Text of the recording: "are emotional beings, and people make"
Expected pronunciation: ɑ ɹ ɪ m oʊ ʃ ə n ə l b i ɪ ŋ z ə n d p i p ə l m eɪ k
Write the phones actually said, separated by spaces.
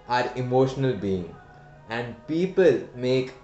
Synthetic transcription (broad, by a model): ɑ ɹ ɪ m oʊ ʃ ə n ə l b i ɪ ŋ ə n d p i p ə l m eɪ k